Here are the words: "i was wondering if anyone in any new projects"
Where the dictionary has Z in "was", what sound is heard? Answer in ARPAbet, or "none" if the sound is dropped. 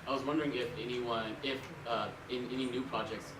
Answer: Z